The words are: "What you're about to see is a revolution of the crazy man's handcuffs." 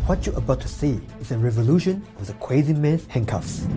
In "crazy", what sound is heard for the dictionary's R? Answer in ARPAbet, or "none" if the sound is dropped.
W